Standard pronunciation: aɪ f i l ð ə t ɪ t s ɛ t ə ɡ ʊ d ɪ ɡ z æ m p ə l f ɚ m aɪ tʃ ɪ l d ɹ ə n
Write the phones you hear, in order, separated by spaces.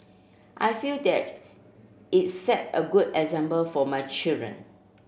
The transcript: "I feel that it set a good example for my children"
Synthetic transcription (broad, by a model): aɪ f i l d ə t ɪ t s ɛ t ə ɡ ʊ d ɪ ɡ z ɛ m b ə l f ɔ m aɪ tʃ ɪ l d ɹ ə n